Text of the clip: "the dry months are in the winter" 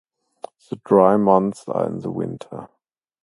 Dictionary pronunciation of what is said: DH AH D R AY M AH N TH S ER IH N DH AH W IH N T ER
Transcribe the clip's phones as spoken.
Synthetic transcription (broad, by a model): DH AH D R AY M AH N TH S ER IH N DH AH W IH N T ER